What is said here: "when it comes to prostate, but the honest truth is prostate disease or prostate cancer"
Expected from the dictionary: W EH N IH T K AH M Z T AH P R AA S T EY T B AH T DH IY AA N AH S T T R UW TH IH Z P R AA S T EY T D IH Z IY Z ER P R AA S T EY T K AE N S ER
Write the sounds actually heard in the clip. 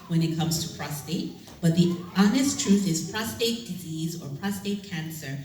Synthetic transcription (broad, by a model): W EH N IH T K AH M Z T AH P R AA S T EY T B AH T DH IY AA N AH S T T R UW TH IH Z P R AA S T EY T D IH Z IY Z ER P R AA S T EY T K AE N S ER